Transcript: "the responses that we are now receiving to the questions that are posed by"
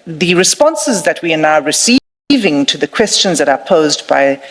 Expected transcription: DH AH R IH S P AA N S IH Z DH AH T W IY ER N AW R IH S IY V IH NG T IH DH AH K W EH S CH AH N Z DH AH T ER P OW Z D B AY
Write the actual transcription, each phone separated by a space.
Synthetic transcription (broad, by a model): DH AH R IH S P AA N S IH Z DH AH T W IY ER N AW R IH S IY V IH NG T IH DH AH K W EH S CH AH N Z DH AH T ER P OW Z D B AY